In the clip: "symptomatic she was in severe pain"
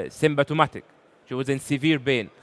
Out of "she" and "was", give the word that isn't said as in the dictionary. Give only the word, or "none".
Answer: none